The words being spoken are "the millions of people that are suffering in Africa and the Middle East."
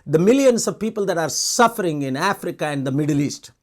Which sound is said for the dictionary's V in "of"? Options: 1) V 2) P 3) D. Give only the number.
1